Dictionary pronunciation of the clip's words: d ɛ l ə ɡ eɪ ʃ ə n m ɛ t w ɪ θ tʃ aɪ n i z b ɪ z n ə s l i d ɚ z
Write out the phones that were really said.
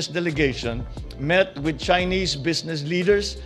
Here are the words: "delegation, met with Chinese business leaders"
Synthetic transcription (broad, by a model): d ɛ l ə ɡ eɪ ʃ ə n m ɛ t w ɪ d tʃ aɪ n i s b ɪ s n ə s l i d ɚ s